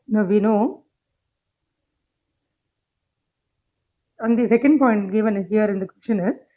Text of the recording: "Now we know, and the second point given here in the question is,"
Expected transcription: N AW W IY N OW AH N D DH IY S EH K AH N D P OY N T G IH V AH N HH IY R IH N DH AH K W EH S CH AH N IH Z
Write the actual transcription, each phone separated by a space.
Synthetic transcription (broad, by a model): N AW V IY N OW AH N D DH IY S EH K AH N D P OY N T G IH V AH N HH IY R IH N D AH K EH CH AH N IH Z